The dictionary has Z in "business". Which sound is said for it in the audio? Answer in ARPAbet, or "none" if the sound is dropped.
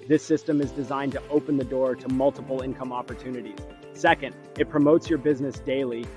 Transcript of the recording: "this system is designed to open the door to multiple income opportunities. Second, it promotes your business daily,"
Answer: Z